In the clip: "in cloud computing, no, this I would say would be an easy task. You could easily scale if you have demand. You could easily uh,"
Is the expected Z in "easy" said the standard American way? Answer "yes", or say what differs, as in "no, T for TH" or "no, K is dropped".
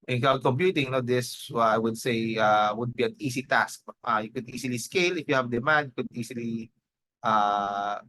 no, S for Z